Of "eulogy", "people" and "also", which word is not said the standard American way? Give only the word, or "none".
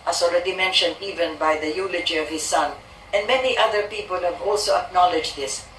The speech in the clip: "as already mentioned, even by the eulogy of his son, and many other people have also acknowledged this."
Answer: none